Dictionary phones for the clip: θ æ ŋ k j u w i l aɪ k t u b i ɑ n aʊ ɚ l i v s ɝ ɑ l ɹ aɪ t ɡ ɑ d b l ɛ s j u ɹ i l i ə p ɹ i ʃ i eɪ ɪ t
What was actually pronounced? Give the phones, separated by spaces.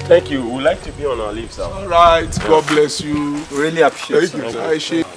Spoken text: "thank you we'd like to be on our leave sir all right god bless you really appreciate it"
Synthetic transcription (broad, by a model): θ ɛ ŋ k j u w i l aɪ k t u b i ɑ n aʊ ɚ l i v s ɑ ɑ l ɹ aɪ t ɡ ɑ d b l ɛ s j u ɹ i l i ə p i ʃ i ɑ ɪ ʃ